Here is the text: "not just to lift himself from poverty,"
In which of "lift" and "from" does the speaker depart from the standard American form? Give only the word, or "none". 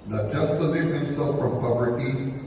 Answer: lift